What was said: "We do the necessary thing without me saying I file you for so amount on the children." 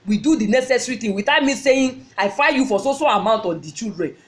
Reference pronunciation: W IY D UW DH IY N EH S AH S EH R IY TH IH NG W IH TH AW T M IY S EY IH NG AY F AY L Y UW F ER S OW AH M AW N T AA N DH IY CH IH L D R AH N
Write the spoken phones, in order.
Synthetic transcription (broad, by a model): W IY D UW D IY N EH S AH S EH R IY T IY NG W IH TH AW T M IY S EY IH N AY F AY Y UW F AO S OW AH M AW N T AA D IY CH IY L D R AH N